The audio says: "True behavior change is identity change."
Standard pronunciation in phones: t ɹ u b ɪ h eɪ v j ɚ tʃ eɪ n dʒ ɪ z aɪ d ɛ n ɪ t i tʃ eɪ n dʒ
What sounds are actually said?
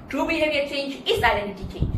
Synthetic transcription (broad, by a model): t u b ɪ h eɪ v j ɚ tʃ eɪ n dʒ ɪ s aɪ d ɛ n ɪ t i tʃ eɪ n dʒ